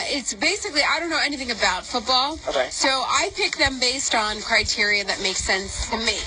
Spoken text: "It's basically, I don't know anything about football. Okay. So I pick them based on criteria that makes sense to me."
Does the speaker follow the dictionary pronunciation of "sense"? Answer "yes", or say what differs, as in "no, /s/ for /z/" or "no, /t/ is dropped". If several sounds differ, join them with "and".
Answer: yes